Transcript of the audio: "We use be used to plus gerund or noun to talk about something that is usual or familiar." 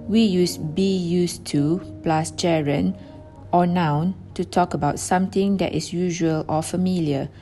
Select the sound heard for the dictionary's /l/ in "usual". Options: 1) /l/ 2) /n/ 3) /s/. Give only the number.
1